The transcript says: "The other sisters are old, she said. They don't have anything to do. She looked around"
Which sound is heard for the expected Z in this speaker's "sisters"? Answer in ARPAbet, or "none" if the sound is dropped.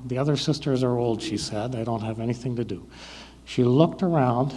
Z